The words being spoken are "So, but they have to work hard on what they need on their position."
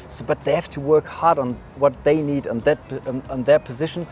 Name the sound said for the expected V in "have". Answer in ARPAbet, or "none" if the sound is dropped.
F